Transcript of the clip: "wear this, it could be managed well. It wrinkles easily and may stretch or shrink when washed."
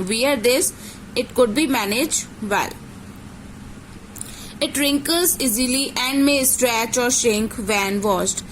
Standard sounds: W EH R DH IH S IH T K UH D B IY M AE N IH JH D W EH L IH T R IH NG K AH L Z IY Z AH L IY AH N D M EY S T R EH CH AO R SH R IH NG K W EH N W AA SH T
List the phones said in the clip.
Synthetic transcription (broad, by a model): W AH R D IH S IH T K UH D B IY M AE N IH JH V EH L IH T R IH NG K AH L Z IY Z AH L IY AH N D M EY S T R EH CH AO R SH IH NG K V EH N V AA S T